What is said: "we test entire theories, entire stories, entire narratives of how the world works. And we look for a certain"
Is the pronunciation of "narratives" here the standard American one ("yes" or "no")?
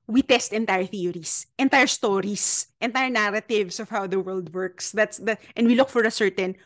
no